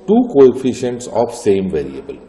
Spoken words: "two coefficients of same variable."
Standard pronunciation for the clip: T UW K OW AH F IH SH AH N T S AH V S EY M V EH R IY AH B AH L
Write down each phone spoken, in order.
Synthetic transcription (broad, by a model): T UW K OW AH F IH SH AH N T S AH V S EY M V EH R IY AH B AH L